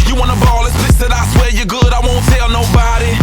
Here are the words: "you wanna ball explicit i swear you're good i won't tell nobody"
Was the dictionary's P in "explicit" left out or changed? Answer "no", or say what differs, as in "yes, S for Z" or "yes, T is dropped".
yes, P is dropped